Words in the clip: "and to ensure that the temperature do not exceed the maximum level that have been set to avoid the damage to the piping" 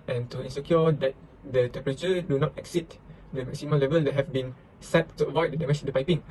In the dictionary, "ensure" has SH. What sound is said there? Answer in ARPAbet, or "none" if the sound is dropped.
S